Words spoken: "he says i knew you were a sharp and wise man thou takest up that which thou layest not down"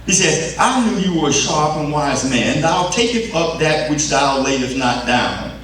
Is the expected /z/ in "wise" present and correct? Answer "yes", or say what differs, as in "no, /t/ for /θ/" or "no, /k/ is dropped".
yes